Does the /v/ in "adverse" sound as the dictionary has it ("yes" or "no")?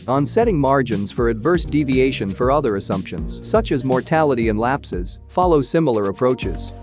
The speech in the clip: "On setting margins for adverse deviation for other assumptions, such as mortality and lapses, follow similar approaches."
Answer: yes